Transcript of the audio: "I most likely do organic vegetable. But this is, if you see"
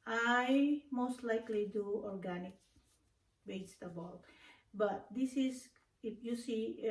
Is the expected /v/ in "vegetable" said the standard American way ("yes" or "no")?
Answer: no